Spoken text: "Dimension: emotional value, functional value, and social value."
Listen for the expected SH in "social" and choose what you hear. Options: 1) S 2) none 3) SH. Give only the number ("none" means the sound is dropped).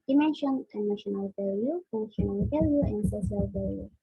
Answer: 1